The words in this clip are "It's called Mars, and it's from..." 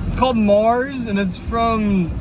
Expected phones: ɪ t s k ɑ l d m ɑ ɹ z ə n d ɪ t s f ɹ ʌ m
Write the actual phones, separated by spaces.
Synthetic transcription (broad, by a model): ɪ t s k ɑ l d m ɑ ɹ z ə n ɪ t s f ɹ ʌ m